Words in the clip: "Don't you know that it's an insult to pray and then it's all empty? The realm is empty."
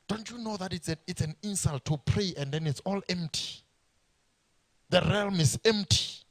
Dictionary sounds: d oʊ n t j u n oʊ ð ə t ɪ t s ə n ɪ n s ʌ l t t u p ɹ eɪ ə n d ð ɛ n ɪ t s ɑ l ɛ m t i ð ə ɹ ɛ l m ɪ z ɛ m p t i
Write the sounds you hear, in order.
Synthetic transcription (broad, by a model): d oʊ n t j u n oʊ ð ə t ɪ t s ə n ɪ n s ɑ l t t u p ɹ eɪ ə n d ɛ n ɪ t s ɑ l ɛ m t i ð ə ɹ ɛ l m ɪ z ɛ m p t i